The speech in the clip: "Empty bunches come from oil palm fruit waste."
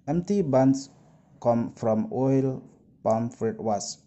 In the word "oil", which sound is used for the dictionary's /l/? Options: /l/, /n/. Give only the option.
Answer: /l/